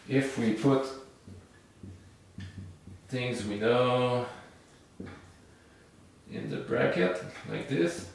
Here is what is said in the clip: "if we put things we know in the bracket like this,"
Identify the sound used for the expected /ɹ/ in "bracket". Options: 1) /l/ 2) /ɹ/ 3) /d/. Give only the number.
2